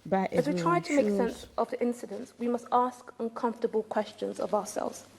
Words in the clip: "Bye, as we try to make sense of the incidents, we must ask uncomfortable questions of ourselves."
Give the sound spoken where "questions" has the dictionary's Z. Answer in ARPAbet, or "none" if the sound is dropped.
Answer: Z